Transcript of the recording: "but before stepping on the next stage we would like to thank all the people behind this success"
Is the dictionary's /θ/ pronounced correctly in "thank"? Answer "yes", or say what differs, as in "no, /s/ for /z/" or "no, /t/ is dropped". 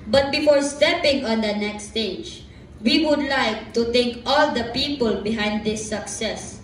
no, /t/ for /θ/